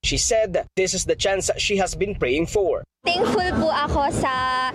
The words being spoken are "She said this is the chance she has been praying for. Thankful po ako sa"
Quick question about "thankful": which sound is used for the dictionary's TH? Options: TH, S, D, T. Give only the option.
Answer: T